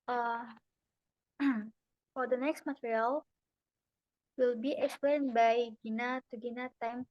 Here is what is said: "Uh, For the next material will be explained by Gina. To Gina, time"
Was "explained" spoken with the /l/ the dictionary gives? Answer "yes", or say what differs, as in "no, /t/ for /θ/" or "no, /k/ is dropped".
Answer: no, /l/ is dropped